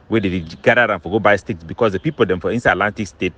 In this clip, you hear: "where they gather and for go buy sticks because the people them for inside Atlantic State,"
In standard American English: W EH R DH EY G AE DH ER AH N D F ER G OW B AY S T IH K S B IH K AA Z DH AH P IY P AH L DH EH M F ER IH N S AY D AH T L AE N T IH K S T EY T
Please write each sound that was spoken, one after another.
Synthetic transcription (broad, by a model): W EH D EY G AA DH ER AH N F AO G OW B AY S T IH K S B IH K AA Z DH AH P IY P AH L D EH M F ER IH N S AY AH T L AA N T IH K S T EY T